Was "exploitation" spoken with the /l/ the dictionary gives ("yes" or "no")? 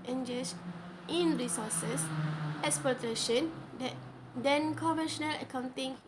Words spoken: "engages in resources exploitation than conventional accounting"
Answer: no